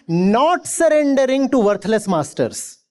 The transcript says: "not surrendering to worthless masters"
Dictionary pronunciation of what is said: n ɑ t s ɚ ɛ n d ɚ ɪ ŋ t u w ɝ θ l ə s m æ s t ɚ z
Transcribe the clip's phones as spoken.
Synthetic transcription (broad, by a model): n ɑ t s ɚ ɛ n d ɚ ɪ ŋ t u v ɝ t l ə s m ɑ s t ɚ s